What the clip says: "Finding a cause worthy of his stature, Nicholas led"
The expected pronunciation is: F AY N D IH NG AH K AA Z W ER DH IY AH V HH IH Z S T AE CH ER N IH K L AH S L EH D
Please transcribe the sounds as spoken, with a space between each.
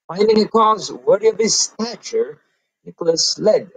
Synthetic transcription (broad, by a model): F AY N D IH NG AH K AA Z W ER IY AH V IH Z S T AE CH ER N IH K L AH S L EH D